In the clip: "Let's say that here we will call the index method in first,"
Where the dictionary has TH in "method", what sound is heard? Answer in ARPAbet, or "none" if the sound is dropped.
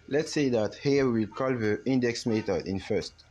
T